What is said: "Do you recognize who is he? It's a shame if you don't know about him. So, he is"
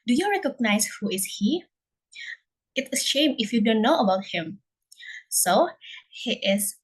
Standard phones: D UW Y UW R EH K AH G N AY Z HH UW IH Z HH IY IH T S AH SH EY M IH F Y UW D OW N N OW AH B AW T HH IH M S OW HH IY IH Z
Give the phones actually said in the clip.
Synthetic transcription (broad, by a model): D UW Y UW R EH K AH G N AY S HH UW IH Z HH IY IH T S SH EY M IH F Y UW D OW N N OW AH B AW T HH IH M S OW HH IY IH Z